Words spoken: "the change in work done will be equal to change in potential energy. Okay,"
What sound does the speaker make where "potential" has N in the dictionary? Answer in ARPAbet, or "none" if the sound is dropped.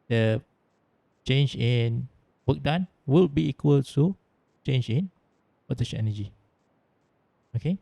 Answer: none